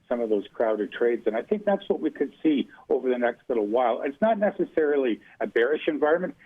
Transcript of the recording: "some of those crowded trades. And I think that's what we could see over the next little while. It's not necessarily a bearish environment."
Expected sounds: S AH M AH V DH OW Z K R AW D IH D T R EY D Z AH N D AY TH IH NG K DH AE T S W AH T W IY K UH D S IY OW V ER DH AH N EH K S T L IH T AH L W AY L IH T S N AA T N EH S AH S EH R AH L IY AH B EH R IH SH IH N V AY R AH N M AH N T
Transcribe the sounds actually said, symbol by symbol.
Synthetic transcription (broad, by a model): S AH M AH V DH OW Z K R AW D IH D T R EY D Z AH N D AY TH IH NG K DH AE T S W AH T W IY K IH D S IY OW V ER DH AH N EH K S T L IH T L W AY L IH T S N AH T N EH S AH S EH R L IY AH B EH R IH SH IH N V AY R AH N M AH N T